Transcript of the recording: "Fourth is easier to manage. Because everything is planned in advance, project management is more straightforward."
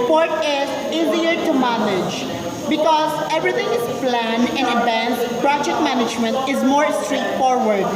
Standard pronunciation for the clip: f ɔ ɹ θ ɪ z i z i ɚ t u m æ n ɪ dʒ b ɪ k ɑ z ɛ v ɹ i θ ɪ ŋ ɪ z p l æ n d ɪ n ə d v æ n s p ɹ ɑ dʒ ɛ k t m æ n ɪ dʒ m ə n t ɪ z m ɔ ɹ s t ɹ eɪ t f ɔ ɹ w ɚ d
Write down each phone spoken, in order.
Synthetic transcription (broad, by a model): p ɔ ɹ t ɪ z i z i ɚ t u m æ n ɪ dʒ b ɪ k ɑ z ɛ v ɹ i t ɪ ŋ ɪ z p l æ n ɪ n ə d v æ n s p ɹ ɑ dʒ ɛ k t m æ n ɪ dʒ m ə n t ɪ z m ɔ ɹ s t ɹ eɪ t f ɔ ɹ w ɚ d